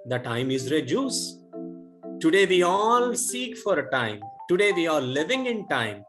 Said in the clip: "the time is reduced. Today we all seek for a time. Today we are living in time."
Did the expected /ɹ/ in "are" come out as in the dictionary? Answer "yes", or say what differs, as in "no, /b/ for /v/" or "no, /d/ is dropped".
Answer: no, /l/ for /ɹ/